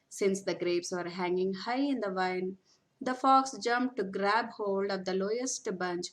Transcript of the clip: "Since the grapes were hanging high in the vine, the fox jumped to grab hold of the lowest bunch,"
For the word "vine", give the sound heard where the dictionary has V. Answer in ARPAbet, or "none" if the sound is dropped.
V